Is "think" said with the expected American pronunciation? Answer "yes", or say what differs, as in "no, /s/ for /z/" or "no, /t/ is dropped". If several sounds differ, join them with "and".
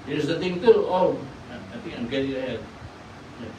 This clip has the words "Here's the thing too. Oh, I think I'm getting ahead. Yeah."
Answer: no, /t/ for /θ/